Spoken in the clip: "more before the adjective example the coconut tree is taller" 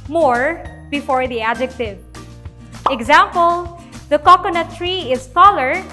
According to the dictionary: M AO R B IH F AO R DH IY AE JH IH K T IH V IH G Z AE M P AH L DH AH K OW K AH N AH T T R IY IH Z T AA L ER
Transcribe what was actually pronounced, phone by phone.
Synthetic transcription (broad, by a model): M AO R B IH F AO R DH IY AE JH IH K T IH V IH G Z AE M P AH L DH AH K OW K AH N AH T T R IY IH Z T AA L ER